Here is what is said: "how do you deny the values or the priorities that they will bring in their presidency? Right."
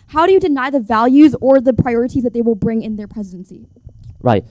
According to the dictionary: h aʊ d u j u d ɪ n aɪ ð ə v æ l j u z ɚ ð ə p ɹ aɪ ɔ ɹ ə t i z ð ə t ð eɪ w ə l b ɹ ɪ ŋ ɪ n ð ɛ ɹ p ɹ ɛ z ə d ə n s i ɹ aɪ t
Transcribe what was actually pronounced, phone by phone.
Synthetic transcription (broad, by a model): h aʊ d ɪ j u d ɪ n aɪ ð ə v æ l j u z ɚ ð ə p ɹ aɪ ɔ ɹ ə t i z ð ə t ð eɪ w ə l b ɹ ɪ ŋ ɪ n ð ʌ ɹ p ɹ ɛ z ə d ə n s i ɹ aɪ t